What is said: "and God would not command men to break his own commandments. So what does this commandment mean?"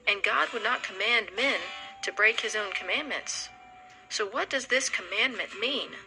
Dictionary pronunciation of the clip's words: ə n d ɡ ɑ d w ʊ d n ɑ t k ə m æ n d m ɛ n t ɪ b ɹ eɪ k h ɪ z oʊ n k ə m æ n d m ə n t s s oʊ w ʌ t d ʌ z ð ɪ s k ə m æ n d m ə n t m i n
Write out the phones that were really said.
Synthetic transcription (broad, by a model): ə n ɡ ɑ d w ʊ d n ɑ t k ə m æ n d m ɛ n t ɪ b ɹ eɪ k h ɪ z oʊ n k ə m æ n m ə n t s s oʊ w ʌ t d ʌ z ð ɪ s k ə m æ n m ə n m i n